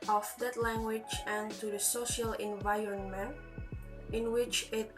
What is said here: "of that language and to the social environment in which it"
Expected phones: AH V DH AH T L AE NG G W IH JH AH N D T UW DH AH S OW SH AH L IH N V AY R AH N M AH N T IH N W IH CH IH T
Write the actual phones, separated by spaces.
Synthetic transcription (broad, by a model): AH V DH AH T L AE NG G W IH JH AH N T UW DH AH S OW SH AH L IH N V AY R AH N M AH N T IH N W IH CH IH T